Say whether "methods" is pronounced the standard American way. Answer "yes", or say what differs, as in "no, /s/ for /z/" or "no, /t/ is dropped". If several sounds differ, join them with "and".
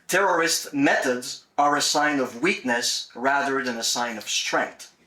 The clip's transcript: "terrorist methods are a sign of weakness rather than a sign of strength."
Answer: yes